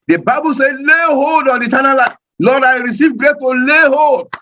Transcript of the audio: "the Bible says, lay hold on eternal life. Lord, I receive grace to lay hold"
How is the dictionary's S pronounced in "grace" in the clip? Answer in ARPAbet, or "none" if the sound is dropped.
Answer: none